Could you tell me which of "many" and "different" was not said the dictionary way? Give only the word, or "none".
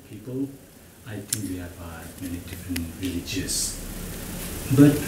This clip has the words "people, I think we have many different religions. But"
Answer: none